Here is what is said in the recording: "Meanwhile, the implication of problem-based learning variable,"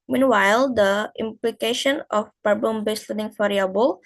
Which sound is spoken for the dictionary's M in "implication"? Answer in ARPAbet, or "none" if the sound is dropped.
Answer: M